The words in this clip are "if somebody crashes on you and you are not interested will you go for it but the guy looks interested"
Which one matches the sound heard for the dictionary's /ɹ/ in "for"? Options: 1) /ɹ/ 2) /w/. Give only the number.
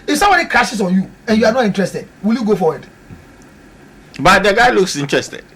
2